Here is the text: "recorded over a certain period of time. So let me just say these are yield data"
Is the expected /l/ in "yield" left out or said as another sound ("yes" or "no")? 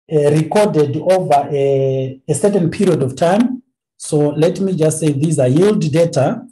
no